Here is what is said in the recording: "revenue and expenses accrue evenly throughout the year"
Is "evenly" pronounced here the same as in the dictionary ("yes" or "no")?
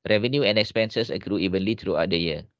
yes